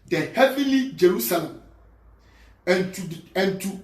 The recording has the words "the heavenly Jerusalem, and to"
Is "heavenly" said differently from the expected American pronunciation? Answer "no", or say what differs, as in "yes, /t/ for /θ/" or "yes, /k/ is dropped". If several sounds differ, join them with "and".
yes, /n/ is dropped